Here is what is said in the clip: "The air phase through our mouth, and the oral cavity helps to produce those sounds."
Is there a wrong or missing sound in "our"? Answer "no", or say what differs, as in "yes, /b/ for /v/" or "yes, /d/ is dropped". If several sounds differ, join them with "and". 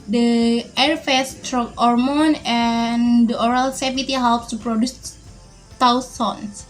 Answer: no